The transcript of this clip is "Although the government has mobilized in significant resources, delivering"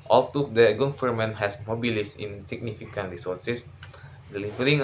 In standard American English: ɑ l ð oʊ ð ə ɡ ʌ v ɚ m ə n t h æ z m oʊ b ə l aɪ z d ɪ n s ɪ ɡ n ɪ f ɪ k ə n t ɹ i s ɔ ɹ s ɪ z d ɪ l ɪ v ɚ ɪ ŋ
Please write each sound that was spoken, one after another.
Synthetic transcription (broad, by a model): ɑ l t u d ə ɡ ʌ f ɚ m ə n h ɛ s m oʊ b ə l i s ɪ n s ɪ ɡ n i f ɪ k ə n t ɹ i s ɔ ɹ s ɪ s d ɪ l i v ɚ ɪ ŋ